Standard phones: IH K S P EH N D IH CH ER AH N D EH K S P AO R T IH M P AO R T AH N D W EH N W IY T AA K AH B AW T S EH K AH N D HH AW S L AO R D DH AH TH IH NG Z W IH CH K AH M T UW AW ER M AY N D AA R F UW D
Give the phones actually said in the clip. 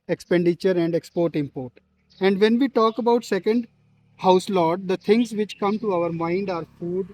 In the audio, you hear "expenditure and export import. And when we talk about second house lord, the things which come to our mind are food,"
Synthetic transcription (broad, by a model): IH K S P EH N D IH CH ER AH N D EH K S P AO R T IH M P AO R T AH N D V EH N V IY T AA K AH B AW T S EH K AH N D HH AW S L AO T D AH T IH NG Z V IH CH K AH M T UW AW ER M AY N D AA R F UW D